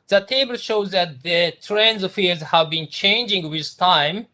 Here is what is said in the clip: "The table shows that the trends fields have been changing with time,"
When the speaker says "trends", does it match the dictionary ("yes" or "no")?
yes